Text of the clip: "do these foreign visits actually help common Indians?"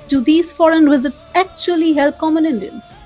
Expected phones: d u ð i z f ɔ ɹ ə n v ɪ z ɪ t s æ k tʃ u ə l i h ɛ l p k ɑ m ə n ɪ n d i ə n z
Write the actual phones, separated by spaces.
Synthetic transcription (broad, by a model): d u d i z f ɔ ɹ ə n v ɪ z ɪ t s æ k tʃ u ə l i h ɛ l p k ɑ m ə n ɪ n d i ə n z